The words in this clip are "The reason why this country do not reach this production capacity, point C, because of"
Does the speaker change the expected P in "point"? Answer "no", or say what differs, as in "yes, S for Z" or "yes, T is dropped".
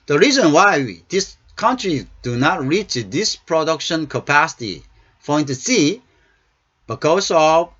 yes, F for P